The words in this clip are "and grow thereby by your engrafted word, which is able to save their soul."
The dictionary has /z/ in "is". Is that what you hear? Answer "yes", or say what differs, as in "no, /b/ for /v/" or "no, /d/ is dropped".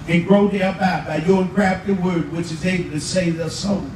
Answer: yes